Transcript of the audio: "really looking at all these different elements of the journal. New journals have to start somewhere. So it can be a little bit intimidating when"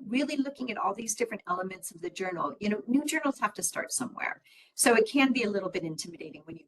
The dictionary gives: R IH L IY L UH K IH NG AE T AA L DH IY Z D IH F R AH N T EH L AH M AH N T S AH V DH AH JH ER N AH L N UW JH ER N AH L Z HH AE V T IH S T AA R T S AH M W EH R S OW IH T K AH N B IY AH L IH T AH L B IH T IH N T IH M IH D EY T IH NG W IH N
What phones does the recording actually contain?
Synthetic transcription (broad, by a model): R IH L IY L UH K IH NG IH T AA L DH IY Z D IH F R AH N T EH L AH M AH N T S AH V DH AH JH ER N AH N N UW JH ER N L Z HH AE F T IH S T AA R T S AH M W EH R S OW IH T K AH N B IY AH L IH T L B IH T IH N T IH M IH D EY T IH NG W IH N